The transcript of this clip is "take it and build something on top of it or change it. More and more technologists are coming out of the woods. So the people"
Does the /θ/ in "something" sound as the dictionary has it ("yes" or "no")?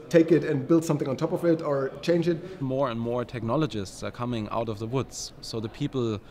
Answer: yes